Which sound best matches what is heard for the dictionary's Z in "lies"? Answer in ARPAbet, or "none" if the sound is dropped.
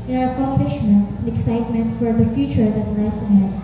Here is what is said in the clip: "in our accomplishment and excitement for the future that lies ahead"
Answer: S